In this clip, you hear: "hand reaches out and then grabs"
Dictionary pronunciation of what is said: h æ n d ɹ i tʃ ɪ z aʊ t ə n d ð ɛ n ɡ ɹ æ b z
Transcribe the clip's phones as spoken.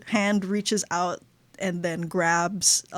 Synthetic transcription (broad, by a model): h æ n d ɹ i tʃ ɪ z aʊ t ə n ð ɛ n ɡ ɹ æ b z